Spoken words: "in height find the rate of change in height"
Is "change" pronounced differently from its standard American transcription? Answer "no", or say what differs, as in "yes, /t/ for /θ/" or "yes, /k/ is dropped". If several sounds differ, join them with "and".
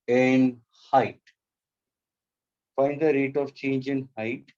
no